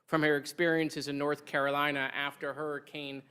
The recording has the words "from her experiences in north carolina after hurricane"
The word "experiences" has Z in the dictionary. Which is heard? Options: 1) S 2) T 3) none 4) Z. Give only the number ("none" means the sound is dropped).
4